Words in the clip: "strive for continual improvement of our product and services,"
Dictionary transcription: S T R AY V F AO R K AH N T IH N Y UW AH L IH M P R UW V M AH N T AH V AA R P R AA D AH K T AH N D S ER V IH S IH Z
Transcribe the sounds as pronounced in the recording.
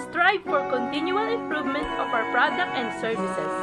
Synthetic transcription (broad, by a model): S T R AY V F AO R K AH N T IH N Y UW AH L IH M P R UW V M AH N T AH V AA W P R AA D AH K T AH N D S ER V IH S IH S